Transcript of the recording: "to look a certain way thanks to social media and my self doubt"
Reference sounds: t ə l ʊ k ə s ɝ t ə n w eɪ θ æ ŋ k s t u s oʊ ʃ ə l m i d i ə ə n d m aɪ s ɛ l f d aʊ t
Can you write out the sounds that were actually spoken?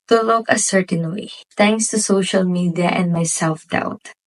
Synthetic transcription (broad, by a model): t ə l ʊ k ə s ɝ t ə n w eɪ t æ ŋ k s t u s oʊ ʃ ə l m i d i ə ə n d m aɪ s ɛ l f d aʊ t